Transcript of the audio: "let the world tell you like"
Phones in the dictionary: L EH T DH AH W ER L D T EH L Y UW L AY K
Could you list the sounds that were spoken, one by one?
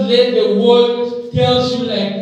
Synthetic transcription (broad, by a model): L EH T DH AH W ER D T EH L Y UW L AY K